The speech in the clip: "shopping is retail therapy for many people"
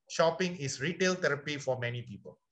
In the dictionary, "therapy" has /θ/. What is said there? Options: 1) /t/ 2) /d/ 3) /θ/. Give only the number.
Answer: 1